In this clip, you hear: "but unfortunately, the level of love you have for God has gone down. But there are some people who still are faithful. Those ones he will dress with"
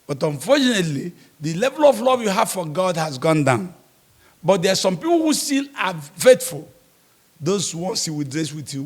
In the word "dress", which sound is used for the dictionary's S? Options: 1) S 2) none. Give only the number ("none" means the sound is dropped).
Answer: 1